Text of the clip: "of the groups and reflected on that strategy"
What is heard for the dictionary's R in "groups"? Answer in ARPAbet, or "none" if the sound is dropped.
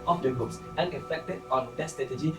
none